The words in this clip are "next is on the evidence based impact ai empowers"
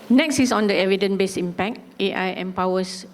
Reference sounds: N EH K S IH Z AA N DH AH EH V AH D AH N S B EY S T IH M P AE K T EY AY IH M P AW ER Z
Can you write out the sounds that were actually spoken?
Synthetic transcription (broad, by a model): N EH K S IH S AA N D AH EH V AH D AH N B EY S IH M P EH K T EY AY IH M P AW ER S